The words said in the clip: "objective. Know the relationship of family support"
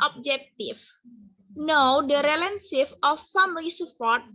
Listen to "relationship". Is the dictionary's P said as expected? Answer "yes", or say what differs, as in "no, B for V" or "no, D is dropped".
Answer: no, F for P